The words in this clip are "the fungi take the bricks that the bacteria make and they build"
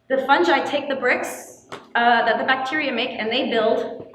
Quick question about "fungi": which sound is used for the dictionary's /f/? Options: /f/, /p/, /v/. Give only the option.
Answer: /f/